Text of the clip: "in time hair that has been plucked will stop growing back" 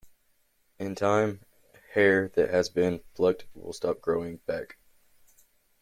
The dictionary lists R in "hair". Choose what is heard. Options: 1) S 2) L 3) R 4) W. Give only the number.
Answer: 3